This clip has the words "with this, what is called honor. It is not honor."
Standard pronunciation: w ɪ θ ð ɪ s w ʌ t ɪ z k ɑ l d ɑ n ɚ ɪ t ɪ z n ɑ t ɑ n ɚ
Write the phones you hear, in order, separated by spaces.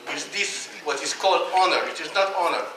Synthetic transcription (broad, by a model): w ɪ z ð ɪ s w ʌ t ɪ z k ɑ l d ɑ n ɚ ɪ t ɪ z n ɑ t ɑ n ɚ